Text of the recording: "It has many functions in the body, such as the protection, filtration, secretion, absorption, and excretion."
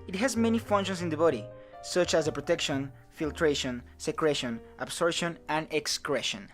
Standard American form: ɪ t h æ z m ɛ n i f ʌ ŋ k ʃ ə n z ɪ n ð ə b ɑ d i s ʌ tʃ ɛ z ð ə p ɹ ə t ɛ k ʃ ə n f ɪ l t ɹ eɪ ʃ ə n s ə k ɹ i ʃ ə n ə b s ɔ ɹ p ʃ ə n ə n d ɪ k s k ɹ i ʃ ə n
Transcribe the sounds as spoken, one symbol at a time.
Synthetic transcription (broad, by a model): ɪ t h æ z m ɛ n i f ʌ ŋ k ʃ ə n s ɪ n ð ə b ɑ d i s ʌ tʃ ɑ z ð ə p ɹ ə t ɛ k ʃ ə n f ɪ l t ɹ eɪ ʃ ə n s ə k ɹ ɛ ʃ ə n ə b s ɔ ɹ ʃ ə n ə n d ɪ k s k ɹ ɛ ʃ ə n